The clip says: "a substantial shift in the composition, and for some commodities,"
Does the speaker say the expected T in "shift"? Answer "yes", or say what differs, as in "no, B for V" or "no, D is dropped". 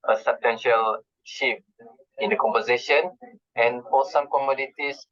no, T is dropped